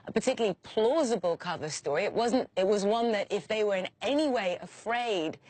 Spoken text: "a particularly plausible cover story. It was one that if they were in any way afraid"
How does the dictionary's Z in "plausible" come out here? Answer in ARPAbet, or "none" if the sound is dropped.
Z